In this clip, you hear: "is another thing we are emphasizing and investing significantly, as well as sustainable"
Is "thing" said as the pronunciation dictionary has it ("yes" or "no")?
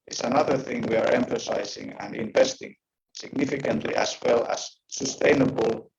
yes